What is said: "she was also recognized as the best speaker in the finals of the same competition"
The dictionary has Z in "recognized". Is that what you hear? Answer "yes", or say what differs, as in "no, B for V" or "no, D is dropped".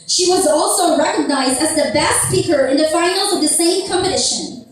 yes